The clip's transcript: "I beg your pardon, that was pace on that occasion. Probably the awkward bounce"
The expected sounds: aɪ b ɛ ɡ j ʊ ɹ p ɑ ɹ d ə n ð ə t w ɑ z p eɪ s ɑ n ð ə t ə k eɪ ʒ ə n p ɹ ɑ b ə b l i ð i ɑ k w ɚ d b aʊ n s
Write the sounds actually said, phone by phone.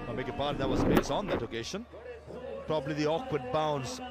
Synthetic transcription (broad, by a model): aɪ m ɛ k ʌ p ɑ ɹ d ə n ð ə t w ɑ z b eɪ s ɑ n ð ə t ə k eɪ ʃ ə n p ɹ ɑ b ə b l i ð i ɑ k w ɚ d b aʊ n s